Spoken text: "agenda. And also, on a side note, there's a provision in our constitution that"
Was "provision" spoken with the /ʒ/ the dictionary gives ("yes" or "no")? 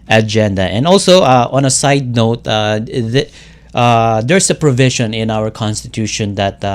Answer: no